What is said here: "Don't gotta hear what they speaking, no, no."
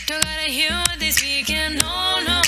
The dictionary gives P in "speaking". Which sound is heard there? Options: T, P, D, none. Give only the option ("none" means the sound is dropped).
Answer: none